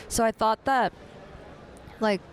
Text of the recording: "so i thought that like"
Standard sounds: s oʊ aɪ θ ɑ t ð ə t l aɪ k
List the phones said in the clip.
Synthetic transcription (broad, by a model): s oʊ aɪ θ ɑ t ð ə t l aɪ k